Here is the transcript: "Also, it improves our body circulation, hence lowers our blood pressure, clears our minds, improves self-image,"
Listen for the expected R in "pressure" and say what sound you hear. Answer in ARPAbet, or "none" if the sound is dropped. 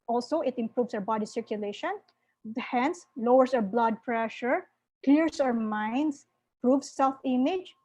R